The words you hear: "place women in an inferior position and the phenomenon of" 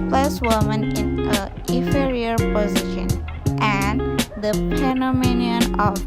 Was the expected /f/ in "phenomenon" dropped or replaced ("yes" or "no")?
yes